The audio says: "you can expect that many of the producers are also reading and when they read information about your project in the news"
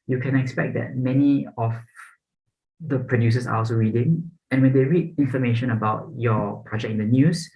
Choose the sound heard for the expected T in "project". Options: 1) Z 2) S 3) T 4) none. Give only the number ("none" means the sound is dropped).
4